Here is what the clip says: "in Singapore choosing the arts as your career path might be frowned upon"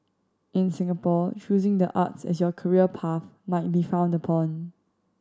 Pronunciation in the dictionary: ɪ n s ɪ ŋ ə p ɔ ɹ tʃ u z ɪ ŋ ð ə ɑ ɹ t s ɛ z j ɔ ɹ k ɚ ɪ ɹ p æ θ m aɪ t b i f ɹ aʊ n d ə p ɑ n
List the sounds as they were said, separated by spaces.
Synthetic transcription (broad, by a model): ɪ n s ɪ ŋ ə p ɔ tʃ u z ɪ ŋ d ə ɑ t s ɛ s j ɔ k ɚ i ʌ p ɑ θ m aɪ t b i f aʊ n d ə p ɑ n